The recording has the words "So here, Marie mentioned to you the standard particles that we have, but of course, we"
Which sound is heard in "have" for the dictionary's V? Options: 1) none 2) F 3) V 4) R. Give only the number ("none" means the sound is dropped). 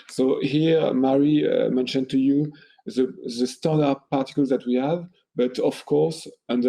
3